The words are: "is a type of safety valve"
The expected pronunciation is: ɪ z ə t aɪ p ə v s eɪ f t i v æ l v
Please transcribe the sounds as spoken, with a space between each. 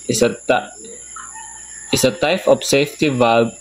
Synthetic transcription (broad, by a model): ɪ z ə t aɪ f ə p s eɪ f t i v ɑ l